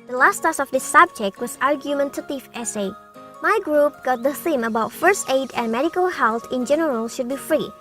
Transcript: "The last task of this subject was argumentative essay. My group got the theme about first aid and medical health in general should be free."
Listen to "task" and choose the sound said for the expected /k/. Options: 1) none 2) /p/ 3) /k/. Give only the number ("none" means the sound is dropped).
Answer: 1